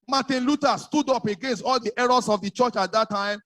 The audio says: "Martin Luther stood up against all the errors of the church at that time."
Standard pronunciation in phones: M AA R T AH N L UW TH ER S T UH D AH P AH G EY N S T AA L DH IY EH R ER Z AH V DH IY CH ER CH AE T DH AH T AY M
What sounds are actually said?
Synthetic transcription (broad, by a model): M AA T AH N L UW T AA S T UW D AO P AH G EY N S T AA L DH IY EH R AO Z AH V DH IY CH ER CH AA T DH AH T AY M